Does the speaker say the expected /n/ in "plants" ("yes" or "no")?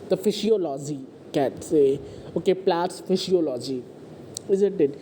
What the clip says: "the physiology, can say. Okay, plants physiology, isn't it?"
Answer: no